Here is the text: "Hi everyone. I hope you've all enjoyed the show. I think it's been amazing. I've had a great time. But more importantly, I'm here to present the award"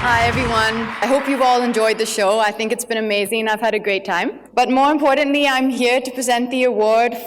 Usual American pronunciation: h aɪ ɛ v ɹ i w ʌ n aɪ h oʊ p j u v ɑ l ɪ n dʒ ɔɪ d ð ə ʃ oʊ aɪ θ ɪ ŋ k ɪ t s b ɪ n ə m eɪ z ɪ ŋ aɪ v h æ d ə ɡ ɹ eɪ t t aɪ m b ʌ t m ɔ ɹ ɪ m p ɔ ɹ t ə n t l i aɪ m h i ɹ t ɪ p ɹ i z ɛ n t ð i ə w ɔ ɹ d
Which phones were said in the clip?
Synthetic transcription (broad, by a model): h aɪ ɛ v ɹ i w ʌ n aɪ h oʊ p j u v ɑ l ɪ n dʒ ɔɪ d ð ə ʃ oʊ aɪ θ ɪ ŋ k ɪ t s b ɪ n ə m eɪ z ɪ ŋ aɪ v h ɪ d ə ɡ ɹ eɪ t t aɪ m b ʌ t m ɔ ɹ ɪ m p ɔ ɹ t n t l i aɪ m h i ɹ t ɪ p ɹ i z ɛ n t ð i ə w ɔ ɹ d